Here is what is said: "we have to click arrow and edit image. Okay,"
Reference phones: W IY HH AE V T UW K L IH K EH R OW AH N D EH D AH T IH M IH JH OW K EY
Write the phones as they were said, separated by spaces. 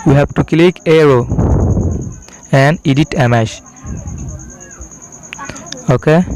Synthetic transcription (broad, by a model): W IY HH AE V T UW K L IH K EH R OW AH N D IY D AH T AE M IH SH OW K EY